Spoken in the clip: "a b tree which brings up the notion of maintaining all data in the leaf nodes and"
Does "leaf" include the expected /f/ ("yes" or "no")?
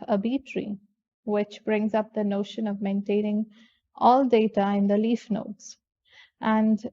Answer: yes